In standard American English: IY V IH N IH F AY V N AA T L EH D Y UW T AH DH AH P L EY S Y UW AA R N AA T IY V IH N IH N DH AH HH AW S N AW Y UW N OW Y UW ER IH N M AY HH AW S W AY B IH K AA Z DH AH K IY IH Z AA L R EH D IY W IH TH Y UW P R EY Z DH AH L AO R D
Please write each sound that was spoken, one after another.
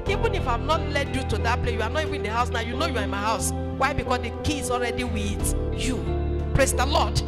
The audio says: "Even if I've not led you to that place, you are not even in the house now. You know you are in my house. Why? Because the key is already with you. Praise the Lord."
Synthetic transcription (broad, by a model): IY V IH N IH F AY V N AA T L EH D Y UW T AH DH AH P L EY Y UW AA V N AA T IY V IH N IH N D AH HH AW S N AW Y UW N OW Y UW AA IH N M AY HH AW S W AY B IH K AA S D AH K IY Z AA L R EH D IY W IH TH Y UW P R EY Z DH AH L AO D